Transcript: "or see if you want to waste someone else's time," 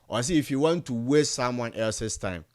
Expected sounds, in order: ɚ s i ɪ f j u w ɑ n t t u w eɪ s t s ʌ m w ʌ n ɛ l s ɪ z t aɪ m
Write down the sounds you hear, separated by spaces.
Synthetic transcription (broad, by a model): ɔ s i ɪ f j u w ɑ n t t u w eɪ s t s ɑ m w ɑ n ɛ l s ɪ s t aɪ m